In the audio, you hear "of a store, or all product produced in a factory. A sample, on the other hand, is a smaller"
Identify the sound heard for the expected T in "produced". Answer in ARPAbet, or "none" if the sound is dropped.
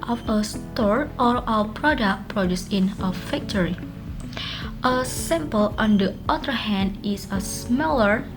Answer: none